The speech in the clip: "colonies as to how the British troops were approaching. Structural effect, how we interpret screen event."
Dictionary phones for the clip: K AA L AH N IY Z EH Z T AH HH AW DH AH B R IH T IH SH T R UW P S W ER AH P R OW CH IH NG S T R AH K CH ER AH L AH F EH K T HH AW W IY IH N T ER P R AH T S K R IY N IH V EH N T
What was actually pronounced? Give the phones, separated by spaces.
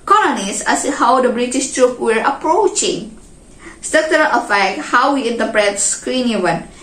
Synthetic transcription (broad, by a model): K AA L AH N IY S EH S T HH AW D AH B R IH T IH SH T R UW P W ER AH P R OW CH IH NG S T AH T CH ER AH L AH F EH K T HH AW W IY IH N T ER P R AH T S K R IY N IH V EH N